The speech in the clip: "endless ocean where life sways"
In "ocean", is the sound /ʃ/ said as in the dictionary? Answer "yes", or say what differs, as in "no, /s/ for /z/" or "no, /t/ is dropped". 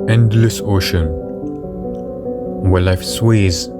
yes